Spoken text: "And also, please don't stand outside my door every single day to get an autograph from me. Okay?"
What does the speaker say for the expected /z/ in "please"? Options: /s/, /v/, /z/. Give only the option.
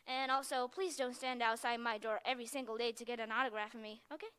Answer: /z/